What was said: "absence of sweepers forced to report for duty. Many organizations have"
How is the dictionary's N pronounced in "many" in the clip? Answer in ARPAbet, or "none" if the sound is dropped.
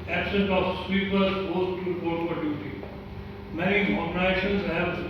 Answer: none